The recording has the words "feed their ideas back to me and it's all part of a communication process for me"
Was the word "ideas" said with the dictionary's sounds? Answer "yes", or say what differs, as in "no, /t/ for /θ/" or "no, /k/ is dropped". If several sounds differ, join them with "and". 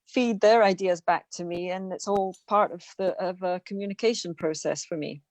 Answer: yes